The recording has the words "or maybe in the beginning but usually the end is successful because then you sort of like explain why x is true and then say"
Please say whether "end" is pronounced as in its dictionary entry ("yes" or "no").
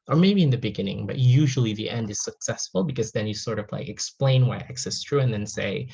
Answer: yes